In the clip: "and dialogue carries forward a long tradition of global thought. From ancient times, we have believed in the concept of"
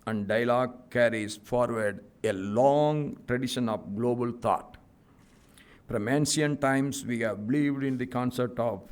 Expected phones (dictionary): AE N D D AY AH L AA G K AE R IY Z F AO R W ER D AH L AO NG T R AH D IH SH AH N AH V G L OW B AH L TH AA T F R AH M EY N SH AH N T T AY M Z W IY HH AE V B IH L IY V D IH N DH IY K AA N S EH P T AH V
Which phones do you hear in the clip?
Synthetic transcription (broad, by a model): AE N D D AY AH L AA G K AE R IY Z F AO R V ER D AH L AO NG T R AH D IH SH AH N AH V G L OW B AH L T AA T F R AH M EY N S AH N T T AY M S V IY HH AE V B IH L IY V D IH N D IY K AA N S EH P T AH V